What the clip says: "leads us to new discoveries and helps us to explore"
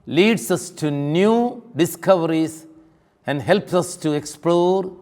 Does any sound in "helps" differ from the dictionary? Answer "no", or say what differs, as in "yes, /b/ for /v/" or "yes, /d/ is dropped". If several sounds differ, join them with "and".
no